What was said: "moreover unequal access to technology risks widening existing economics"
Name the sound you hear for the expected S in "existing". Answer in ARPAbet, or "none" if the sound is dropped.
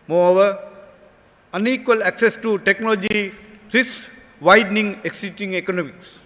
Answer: none